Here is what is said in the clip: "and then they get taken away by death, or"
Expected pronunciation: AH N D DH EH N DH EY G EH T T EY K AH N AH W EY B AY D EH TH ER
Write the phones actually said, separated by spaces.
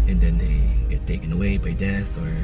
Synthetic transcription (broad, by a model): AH N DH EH N DH EY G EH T T EY K AH N AH W EY B AY D EH TH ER